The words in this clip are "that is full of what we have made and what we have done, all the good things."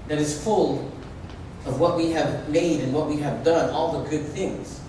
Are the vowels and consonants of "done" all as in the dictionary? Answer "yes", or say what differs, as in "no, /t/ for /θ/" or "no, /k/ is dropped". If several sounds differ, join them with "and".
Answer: yes